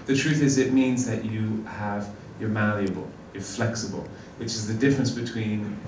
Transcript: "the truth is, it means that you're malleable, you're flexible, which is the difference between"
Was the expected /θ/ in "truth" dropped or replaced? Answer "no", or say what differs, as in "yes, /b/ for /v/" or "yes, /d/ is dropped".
no